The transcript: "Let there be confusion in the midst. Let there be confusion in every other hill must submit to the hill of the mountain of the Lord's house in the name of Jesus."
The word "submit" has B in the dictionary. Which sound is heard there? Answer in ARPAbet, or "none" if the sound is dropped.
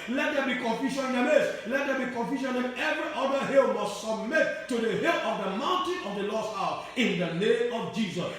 B